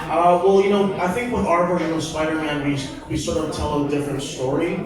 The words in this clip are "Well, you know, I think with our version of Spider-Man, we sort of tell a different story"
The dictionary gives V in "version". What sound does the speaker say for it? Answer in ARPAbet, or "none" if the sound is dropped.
B